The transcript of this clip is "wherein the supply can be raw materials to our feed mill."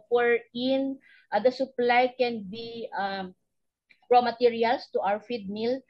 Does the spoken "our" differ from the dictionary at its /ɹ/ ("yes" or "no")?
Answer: yes